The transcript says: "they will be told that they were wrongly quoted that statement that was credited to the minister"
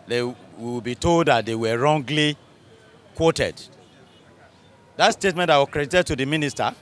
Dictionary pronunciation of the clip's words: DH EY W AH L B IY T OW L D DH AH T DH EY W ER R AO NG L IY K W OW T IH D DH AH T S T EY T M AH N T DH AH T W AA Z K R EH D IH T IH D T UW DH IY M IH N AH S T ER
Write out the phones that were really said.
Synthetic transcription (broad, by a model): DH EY W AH W B IY T OW L D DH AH T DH EY W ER R AO NG L IY K W OW T IH D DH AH T S T EY T M AH N T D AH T W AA K R EH D IH T IH D T UW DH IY M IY N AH S T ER